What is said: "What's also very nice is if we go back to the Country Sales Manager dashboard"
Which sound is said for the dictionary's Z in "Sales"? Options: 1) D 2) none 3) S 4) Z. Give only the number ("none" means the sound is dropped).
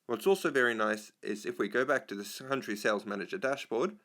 4